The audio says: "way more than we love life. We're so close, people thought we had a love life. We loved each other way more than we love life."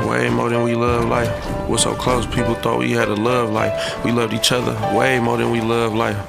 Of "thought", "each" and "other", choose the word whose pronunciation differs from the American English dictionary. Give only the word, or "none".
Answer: none